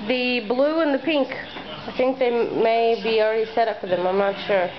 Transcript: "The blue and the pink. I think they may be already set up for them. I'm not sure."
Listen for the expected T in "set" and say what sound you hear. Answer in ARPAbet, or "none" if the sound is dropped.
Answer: T